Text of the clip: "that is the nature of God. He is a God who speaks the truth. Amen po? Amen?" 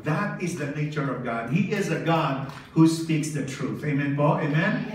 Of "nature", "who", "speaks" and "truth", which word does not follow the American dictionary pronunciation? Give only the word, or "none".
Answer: none